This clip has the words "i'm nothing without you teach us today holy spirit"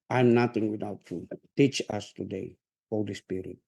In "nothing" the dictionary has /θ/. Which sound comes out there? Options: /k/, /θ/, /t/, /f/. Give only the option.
/t/